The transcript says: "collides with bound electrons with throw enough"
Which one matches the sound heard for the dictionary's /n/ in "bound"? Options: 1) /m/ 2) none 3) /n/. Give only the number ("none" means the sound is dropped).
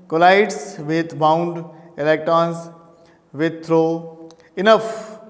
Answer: 3